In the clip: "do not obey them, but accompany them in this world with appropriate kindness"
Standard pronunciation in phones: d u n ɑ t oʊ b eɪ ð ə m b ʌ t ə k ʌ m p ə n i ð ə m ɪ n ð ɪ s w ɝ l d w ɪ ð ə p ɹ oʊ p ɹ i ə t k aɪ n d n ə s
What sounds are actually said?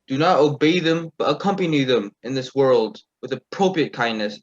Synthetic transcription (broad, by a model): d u n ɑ t oʊ b eɪ ð ə m b ʌ t ə k ʌ m p ə n i ð ə m ɪ n ð ɪ s w ɝ l d w ɪ ð ə p ɹ oʊ p ɹ i ə t k aɪ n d n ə s